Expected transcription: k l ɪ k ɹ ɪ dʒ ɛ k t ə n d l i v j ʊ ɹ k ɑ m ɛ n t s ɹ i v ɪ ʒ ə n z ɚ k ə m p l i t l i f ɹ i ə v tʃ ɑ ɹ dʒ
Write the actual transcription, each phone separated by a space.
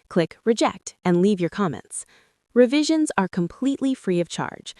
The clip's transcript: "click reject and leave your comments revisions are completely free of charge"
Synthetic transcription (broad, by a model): k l ɪ k ɹ ɪ dʒ ɛ k t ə n l i v j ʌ ɹ k ɑ m ɛ n t s ɹ i v ɪ ʒ ə n z ɚ k ə m p l i t l i f ɹ i ə v tʃ ɑ ɹ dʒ